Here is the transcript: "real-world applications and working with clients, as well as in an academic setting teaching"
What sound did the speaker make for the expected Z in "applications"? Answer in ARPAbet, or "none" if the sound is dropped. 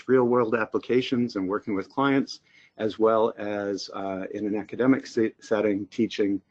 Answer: Z